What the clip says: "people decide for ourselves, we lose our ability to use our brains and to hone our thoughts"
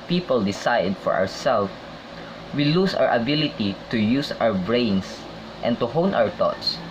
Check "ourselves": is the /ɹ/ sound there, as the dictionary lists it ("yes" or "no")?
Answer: no